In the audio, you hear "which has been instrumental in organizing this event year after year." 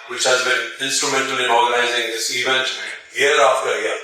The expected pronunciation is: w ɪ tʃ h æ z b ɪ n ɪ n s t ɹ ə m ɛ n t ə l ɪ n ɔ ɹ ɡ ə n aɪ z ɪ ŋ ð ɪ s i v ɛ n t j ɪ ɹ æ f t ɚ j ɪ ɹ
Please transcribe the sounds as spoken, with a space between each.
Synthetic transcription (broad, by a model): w ɪ tʃ h æ z b ɪ n ɪ n s t ɹ ə m ɛ n t ə l ɪ n ɔ ɹ ɡ ə n aɪ z ɪ ŋ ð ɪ s i v ɛ n t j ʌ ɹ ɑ f t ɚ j